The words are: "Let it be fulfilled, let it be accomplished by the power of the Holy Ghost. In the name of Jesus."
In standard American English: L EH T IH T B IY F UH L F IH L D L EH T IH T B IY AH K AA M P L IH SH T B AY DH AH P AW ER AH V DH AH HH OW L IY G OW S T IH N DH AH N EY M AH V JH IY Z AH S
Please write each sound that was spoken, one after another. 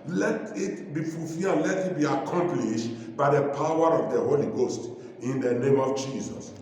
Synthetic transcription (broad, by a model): L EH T IH T B IY F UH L F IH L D L EH T IH T B IY AH K AA M P L IH SH T B AY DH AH P AW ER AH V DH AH HH OW L IY G OW S T IH N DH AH N EY M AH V JH IY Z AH S